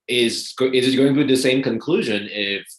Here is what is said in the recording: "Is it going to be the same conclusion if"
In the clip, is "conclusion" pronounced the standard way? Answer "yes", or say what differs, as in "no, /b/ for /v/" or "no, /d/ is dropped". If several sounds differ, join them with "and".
yes